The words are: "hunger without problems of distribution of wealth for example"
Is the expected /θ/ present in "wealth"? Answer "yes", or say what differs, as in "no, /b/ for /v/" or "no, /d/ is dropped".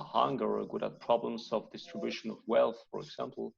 yes